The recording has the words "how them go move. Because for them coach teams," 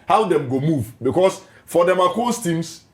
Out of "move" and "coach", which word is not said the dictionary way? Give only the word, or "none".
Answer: coach